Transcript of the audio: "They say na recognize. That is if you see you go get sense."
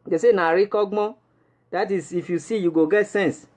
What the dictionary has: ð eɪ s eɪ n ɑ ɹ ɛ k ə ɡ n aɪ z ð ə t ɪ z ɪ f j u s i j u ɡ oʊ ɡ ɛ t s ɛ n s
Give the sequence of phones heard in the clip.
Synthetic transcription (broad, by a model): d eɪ s eɪ n ɑ ɹ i k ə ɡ ɔ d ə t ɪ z ɪ f j u s i j u ɡ oʊ ɡ ɛ t s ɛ n s